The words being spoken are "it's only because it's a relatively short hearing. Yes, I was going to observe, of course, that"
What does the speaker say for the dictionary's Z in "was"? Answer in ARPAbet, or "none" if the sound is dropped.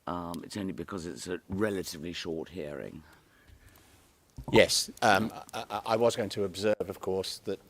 Z